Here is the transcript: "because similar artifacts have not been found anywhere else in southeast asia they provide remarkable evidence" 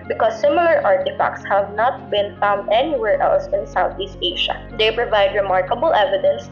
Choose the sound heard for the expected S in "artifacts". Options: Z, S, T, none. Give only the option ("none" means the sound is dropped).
S